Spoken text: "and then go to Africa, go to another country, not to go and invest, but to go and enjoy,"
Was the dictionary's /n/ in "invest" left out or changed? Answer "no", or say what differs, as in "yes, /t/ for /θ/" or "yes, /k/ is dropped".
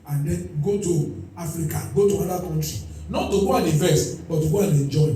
yes, /n/ is dropped